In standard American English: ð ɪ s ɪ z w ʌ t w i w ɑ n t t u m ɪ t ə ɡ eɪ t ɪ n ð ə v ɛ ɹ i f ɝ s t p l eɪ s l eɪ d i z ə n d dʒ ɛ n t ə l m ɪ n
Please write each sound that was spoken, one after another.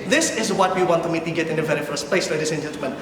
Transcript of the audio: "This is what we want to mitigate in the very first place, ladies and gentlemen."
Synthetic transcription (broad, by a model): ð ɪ s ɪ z w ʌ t w i w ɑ n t t u m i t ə ɡ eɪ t ɪ n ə v ɛ ɹ i f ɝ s p l eɪ s l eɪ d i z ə n dʒ ɛ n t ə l m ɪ n